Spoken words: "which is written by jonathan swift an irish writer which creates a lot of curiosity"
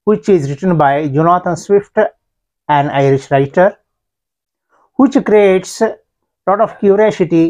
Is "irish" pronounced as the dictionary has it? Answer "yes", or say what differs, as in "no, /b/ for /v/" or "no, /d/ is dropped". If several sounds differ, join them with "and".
yes